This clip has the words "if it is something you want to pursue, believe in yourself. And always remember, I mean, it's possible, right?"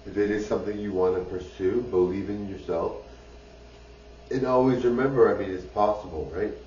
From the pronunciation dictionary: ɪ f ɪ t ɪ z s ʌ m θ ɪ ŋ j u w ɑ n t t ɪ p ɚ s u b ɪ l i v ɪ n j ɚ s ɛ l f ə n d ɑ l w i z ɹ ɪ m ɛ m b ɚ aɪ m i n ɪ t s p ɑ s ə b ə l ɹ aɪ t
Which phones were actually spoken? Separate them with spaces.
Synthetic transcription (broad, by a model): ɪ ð ɪ t ɪ z s ʌ m θ ɪ ŋ j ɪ w ɑ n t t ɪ p ɚ s u b ɪ l i v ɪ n j ɚ s ɛ l f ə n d ɑ l w i z ɹ ɪ m ɛ m b ɚ aɪ m i n ɪ t s p ɑ s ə b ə l ɹ aɪ t